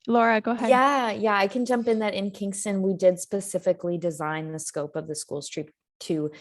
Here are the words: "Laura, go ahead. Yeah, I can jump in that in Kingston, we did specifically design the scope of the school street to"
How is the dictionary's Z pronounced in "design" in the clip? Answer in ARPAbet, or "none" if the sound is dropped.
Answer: Z